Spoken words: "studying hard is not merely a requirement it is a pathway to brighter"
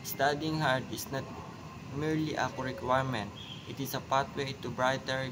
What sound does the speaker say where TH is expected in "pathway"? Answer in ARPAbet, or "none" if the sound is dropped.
T